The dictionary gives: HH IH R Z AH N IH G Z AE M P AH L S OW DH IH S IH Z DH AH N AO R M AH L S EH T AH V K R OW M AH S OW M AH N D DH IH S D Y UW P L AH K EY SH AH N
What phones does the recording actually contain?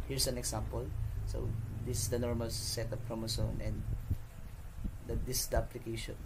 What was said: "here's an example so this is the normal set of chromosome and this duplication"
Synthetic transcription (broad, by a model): HH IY R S AH N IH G S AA M P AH L S OW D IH S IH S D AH N AO R M AH L S EH T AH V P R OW M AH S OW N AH N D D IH S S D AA P L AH K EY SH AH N